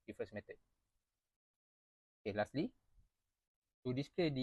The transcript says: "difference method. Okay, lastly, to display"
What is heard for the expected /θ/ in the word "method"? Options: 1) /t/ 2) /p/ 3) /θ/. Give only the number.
1